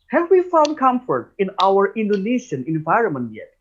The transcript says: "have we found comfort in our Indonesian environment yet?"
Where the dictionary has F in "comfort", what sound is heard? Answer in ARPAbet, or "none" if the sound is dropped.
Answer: F